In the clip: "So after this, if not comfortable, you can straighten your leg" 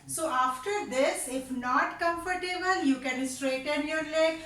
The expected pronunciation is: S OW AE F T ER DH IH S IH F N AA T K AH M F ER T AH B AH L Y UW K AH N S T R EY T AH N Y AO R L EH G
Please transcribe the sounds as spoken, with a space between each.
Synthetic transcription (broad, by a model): S OW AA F T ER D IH S IH F N AA T K AH M F ER T AH B AH L Y UW K AH N S T R EY T AH N Y AO R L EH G